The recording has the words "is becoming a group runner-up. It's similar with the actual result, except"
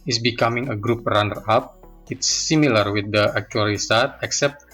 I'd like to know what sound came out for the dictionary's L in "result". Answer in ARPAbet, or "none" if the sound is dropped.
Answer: none